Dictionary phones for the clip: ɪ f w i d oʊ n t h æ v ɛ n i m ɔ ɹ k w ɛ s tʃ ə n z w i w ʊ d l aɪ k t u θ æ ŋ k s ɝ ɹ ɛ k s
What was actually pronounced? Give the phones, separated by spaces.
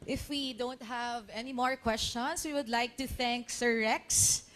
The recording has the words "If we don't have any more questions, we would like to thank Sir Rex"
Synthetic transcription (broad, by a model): ɪ f w i d oʊ n t h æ v ɛ n i m ɔ ɹ k w ɛ s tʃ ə n s w i w ʊ d l aɪ k t u θ æ ŋ k s ɝ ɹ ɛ k s